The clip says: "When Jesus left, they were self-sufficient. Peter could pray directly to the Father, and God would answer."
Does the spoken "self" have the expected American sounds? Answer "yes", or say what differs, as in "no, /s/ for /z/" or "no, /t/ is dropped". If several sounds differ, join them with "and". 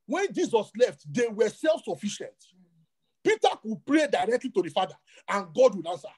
yes